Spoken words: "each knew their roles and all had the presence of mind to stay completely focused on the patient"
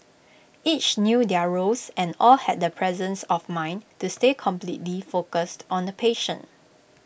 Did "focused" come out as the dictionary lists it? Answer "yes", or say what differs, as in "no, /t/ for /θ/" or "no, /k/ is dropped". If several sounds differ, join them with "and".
yes